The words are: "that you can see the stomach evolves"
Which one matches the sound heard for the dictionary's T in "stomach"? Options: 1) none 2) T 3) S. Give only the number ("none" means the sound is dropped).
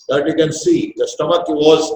2